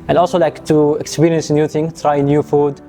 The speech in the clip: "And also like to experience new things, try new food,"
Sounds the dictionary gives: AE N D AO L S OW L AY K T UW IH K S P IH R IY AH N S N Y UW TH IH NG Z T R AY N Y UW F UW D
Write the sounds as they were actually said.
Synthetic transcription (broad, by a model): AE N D AO L S OW L AY K T UW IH K S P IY R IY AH N S N Y UW T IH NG T R AY N Y UW F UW D